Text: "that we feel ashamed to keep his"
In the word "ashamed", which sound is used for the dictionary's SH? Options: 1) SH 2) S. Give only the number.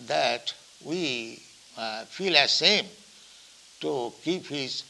2